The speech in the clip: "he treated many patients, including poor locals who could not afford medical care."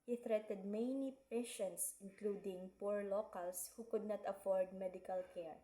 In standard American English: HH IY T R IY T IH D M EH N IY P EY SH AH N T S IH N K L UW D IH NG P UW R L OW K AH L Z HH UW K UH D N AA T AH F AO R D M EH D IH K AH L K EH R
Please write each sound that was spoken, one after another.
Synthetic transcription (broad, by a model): HH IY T R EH T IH D M EH N IY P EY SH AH N T S IH N K L UW D IH NG P UW R L OW K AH L S HH UW K UH D N AA T AH F AO R D M EH D IH K AH L K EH R